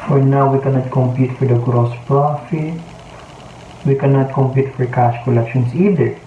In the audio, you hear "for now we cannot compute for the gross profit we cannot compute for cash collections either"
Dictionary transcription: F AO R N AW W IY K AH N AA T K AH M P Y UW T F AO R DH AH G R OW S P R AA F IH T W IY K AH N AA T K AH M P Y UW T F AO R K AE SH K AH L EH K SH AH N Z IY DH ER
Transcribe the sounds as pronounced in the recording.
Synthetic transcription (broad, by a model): F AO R N AW W IY K AH N AA T K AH M P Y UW T F AO R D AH G R OW S P R AA F IH T W IY K AH N AA T K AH M P Y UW T F AO R K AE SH K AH L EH K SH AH N S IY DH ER